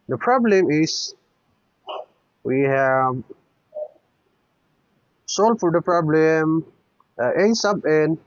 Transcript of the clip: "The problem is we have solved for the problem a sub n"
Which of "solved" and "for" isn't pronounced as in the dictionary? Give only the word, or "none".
solved